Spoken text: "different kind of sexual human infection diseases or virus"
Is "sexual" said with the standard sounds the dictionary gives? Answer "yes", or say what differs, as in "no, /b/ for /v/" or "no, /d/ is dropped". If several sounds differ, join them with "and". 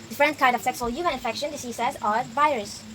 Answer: no, /s/ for /ʃ/